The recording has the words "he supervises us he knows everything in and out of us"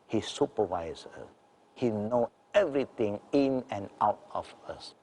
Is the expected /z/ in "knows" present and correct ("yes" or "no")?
no